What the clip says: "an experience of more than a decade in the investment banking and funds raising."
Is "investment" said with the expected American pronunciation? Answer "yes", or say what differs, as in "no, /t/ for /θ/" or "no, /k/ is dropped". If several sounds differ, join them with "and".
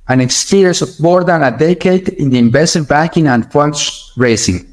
no, /m/ is dropped